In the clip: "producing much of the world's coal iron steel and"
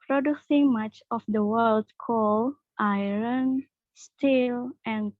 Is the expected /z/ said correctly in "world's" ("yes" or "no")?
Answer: no